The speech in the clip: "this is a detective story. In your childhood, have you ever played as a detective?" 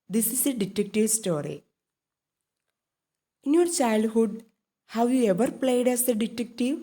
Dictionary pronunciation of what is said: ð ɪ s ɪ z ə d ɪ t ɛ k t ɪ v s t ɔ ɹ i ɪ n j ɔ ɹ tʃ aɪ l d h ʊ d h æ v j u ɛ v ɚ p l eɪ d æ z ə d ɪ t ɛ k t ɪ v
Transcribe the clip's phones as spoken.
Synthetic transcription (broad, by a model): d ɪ s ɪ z ə d ɪ t ɛ k t ɪ v s t ɔ ɹ i ɪ n j ɔ ɹ tʃ aɪ l d h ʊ d h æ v j u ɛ v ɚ p l eɪ d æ s ə d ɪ t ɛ k t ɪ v